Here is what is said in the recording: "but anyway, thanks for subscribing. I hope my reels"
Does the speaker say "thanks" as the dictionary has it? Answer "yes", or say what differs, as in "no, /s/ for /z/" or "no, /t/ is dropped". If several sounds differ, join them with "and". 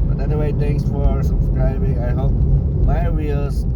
no, /t/ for /θ/